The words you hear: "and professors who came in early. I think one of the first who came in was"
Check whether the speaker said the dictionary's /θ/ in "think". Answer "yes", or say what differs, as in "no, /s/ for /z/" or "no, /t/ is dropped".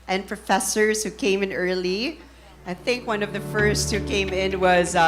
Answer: yes